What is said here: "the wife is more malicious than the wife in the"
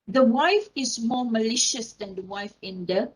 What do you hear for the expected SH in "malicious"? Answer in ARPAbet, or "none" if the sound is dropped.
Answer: SH